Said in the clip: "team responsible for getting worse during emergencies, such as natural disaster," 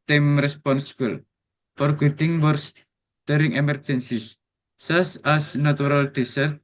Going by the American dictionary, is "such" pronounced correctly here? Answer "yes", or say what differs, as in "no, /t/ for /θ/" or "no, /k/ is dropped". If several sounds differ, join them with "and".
no, /s/ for /tʃ/